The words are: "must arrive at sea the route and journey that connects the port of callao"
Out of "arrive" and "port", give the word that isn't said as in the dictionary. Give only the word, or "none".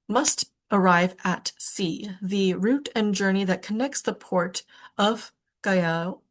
none